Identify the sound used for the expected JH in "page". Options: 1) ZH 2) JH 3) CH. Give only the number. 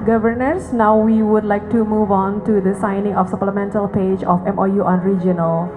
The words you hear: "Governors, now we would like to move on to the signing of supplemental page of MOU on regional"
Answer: 2